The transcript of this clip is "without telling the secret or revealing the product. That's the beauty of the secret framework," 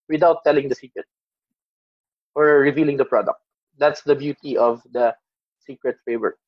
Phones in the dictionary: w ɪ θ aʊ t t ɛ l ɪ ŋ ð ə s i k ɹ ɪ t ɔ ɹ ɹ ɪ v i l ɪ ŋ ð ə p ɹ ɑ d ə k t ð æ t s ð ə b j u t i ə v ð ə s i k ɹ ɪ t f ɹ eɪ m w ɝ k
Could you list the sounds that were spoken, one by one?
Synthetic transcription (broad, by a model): w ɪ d aʊ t t ɛ l ɪ ŋ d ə s i k ɹ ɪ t ɔ ɹ ɹ ɪ v i l ɪ ŋ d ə p ɹ ɑ d ə k t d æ t s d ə b j u t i ə v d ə s i k ɹ ɪ t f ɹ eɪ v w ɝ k